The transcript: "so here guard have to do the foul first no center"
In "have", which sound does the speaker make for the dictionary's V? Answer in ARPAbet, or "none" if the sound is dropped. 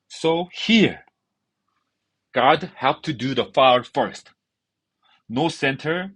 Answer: P